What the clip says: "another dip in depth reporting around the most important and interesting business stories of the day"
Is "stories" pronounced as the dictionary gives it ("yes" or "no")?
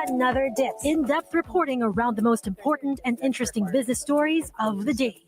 yes